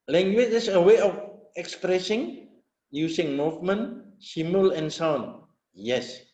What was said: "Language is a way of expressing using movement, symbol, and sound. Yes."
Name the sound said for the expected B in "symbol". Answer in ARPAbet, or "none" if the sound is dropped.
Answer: none